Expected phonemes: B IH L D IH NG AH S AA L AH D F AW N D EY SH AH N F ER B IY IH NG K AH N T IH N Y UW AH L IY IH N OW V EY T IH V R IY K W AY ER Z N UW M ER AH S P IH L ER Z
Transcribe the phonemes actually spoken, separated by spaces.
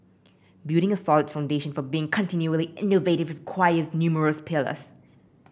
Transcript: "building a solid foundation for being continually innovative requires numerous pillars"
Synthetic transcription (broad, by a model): B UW D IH NG AH S AA L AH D F AW N D EY SH AH N F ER B IY IH NG K AH N T IH N Y UW AH L IY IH N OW V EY T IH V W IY K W AY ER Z N UW M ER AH S P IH L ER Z